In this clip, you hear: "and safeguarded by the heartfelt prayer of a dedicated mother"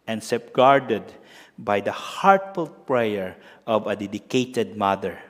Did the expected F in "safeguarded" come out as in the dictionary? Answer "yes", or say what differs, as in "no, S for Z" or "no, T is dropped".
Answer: no, P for F